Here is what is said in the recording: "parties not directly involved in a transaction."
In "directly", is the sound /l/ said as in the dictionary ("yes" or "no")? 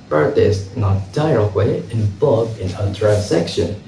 no